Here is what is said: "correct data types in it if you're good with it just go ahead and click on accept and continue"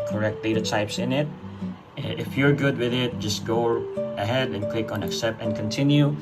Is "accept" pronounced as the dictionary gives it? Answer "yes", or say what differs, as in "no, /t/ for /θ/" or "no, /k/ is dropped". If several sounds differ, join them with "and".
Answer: no, /t/ is dropped